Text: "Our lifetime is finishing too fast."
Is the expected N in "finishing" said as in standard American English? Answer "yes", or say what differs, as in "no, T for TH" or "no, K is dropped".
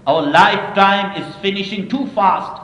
yes